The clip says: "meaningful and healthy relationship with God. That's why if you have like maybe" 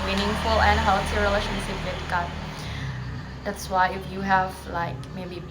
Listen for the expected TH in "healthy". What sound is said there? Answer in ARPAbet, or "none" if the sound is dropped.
T